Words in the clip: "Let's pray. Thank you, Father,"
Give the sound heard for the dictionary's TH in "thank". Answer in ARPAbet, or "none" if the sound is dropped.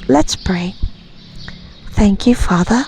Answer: TH